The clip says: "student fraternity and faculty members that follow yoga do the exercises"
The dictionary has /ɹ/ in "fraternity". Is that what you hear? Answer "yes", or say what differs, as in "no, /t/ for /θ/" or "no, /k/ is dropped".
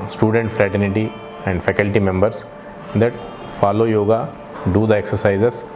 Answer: yes